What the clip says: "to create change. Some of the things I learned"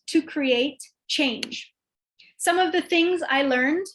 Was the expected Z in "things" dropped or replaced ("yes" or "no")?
no